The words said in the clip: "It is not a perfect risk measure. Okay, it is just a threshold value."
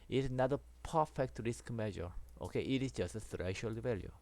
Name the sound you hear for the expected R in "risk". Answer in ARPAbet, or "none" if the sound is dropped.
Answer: R